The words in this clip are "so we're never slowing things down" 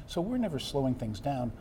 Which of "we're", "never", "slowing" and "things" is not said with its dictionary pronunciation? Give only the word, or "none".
none